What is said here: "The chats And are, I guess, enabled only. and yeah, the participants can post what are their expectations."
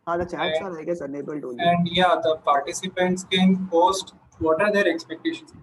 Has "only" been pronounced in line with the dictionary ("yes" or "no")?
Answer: no